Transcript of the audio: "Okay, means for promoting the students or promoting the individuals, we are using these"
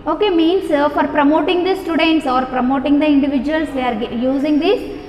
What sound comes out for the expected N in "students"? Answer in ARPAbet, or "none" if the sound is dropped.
N